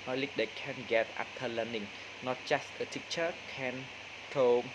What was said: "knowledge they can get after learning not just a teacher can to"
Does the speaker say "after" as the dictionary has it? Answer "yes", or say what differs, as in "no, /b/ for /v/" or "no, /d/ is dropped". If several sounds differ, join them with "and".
no, /p/ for /f/